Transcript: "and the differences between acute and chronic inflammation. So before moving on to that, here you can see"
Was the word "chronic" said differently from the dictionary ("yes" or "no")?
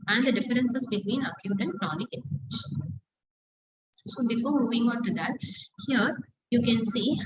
no